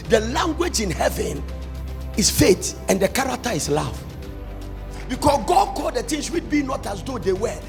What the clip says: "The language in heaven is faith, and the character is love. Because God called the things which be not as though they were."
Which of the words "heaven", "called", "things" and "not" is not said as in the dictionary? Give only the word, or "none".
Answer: things